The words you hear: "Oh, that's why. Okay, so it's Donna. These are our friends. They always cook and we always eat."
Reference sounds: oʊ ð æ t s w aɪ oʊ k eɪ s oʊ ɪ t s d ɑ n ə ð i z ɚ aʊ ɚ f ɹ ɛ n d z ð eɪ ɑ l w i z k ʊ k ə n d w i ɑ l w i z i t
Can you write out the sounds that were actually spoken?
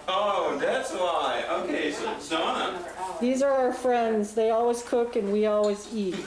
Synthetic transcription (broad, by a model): oʊ ð æ t s w aɪ oʊ k eɪ s oʊ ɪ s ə ð i z ɚ aʊ ɚ f ɹ ɛ n d z ð eɪ ɑ l w i z k ʊ k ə n w i ɑ l w i z i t